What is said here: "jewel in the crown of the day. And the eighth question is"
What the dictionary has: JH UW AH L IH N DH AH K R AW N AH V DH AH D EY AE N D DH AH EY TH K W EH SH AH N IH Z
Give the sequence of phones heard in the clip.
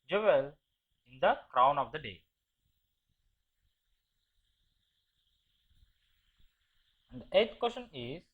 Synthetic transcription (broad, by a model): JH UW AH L IH N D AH K R AW N AH V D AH D EY AE N D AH EY T K W EH SH AH N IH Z